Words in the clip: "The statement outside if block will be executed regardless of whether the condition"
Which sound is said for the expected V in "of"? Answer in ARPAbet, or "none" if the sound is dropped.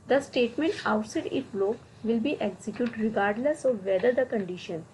V